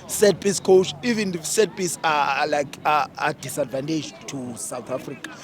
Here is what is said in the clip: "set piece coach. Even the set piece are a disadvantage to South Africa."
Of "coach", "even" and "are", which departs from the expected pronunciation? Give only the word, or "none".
are